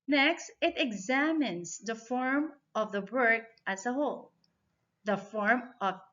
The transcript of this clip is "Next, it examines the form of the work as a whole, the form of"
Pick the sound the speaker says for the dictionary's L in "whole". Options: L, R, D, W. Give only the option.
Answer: L